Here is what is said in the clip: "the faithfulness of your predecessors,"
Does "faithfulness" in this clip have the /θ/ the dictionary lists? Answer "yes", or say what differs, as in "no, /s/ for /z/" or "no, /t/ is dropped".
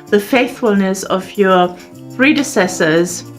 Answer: yes